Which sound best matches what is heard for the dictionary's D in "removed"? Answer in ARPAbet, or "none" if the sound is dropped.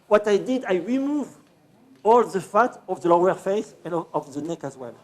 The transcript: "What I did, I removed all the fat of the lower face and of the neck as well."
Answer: none